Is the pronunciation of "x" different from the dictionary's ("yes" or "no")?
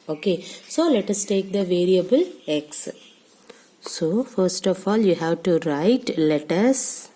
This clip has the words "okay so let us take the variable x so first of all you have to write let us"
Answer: no